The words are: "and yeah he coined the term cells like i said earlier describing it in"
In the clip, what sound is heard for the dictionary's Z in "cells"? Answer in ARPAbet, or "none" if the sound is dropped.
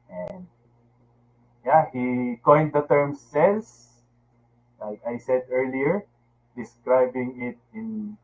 S